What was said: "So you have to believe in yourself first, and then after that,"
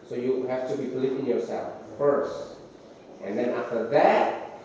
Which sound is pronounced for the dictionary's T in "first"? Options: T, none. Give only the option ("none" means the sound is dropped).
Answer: T